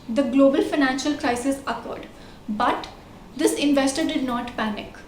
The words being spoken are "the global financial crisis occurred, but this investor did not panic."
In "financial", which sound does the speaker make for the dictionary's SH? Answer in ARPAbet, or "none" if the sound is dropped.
SH